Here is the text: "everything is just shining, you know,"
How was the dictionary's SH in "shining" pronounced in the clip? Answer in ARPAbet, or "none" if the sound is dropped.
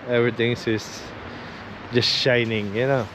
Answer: SH